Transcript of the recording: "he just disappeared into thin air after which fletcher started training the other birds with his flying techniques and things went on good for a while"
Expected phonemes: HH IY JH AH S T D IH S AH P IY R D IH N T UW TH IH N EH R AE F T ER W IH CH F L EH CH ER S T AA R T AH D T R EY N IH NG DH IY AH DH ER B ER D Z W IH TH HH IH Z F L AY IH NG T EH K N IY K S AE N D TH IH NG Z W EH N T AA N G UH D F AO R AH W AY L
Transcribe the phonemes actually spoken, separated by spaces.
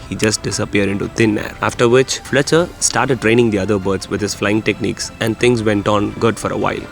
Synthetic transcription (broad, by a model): HH IY JH AH S T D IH S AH P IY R D IH N T UW T IH N EH R AE F T ER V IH CH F L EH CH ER S T AA R T AH D T R EY N IH NG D IY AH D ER B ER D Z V IH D HH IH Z F L AY IH NG T EH K N IY K S AE N D T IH NG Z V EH N T AA N G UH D F AO R AH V AY L